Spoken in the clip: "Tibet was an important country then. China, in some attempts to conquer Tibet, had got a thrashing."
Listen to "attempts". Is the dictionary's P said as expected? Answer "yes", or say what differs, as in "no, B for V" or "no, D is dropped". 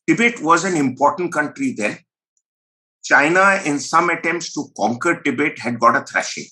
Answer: yes